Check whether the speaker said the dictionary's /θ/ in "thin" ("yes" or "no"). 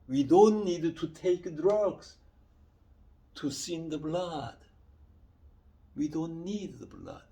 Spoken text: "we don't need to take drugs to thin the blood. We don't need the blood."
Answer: no